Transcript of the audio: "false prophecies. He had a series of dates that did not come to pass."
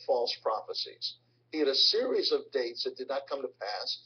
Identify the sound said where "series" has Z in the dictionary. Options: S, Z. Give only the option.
Z